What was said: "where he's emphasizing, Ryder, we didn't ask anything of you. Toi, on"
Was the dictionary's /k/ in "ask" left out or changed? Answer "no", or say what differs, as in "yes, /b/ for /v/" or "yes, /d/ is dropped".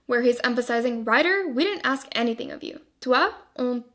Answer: no